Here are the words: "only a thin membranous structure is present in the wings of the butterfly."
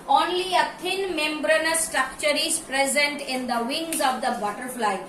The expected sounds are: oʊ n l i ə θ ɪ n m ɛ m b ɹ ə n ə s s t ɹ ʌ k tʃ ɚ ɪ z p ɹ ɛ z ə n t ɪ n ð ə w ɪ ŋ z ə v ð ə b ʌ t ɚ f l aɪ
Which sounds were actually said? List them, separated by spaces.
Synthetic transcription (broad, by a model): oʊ n l i ə t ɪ n m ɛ m b ɹ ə n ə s s t ɹ ʌ k tʃ ɚ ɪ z p ɹ ɛ z ə n t ɪ n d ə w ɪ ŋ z ə v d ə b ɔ t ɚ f l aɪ